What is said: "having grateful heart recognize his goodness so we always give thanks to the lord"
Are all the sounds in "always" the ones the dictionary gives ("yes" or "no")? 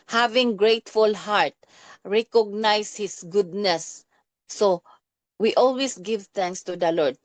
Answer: no